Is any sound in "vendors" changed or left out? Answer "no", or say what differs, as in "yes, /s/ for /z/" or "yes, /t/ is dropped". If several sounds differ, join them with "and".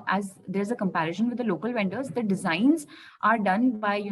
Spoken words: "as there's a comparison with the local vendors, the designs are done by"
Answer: no